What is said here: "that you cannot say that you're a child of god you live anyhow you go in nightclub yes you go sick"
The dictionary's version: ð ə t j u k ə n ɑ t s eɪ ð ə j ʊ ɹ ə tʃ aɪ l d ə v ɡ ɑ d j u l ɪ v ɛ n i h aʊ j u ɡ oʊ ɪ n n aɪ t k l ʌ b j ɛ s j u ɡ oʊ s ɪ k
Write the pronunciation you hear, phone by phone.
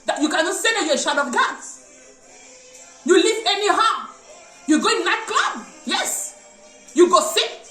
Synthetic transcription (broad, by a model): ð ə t j u k ə n ɑ t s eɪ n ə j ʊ ə ʃ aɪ d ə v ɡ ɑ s j u l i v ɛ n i h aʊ j u ɡ oʊ ɪ n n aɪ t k l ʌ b j ɛ s j u ɡ oʊ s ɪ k